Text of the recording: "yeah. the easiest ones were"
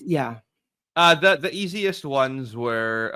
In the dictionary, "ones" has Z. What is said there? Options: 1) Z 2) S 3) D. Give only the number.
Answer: 1